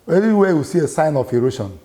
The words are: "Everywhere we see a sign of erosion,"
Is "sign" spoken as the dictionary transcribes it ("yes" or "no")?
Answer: yes